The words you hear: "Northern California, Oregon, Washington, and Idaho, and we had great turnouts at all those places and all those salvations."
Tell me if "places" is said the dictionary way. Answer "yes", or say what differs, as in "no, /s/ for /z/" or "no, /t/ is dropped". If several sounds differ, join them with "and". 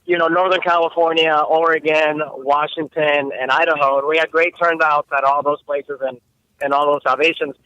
yes